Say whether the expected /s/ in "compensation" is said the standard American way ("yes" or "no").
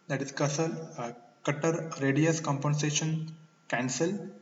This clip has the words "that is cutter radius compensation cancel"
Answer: yes